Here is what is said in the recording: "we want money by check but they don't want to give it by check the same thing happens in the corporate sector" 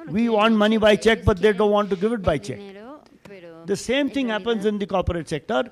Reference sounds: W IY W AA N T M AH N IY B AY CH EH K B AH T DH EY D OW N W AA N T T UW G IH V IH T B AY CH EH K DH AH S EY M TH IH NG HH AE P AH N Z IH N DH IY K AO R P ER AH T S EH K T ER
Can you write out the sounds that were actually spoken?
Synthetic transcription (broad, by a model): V IY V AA N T M AH N IY B AY CH EH K B AH T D EY D OW N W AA N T T UW G IH V IH T B AY CH EH K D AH S EY M T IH NG HH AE P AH N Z IH N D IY K AO R P ER AH T S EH K T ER